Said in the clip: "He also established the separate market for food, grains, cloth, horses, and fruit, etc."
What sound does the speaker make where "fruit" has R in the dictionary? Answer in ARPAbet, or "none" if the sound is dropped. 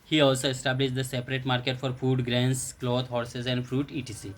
R